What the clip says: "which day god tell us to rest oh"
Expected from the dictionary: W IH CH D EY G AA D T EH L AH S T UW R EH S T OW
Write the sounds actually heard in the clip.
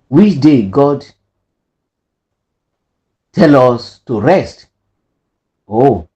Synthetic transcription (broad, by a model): W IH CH D EY G AA D T EH L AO S T UW R EH S T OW